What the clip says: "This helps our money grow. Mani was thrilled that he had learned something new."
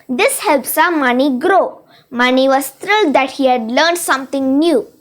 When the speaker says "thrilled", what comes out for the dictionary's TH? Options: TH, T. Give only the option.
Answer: T